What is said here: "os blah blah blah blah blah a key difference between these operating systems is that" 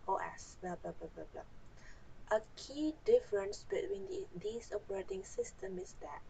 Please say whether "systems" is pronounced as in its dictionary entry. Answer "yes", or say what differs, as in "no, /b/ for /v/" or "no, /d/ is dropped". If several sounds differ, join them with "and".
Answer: no, /z/ is dropped